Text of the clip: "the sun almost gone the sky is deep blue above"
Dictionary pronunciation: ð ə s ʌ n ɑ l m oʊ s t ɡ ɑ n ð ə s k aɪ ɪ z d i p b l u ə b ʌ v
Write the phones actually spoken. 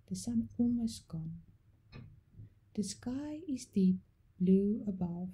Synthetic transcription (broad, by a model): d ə s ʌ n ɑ m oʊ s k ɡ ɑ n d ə s k aɪ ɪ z d i p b l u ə b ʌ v